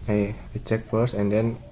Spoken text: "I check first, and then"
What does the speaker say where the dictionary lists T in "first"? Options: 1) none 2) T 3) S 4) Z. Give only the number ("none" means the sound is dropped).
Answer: 1